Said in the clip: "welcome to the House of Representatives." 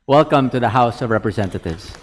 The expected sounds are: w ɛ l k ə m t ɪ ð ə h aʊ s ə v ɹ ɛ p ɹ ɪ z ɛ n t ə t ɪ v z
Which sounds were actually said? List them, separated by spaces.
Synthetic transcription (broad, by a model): w ɛ l k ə m t ɪ ð ə h aʊ s ə v ɹ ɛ p ɹ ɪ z ɛ n t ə t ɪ v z